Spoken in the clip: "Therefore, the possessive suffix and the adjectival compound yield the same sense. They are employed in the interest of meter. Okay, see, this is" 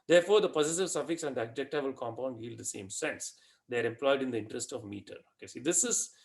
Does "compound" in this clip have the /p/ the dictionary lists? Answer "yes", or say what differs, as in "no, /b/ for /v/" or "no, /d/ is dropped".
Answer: yes